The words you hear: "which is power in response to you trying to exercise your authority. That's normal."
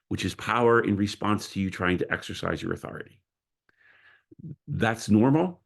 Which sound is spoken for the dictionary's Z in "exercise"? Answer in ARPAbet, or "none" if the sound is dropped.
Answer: Z